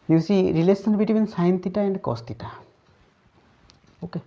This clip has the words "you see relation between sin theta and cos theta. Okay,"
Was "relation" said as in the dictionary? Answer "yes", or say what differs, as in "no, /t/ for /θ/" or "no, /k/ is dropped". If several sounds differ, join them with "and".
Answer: no, /s/ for /ʃ/